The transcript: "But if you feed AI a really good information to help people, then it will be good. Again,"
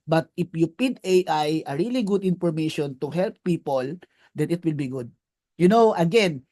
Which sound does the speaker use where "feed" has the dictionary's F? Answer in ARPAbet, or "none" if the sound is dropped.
P